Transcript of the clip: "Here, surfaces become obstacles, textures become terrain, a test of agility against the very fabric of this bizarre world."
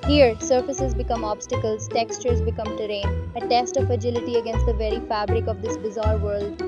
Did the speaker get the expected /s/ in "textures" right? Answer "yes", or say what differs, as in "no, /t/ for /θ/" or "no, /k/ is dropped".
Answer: yes